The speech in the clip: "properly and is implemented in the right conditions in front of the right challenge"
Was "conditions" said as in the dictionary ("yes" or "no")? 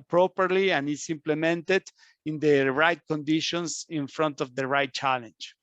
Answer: no